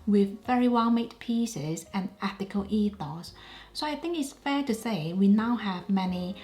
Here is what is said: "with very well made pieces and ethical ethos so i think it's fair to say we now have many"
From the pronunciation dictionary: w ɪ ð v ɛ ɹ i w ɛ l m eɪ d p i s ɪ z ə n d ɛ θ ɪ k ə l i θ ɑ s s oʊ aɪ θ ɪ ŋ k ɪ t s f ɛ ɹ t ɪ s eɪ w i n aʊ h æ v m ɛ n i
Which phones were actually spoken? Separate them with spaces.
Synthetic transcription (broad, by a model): w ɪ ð v ɛ ɹ i w ɛ l m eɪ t p i s ɪ z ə n ɛ θ ɪ k ə l i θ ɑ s s oʊ aɪ θ ɪ ŋ k ɪ t s f ɛ ɹ t ɪ s eɪ w i n aʊ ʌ v m ɛ n i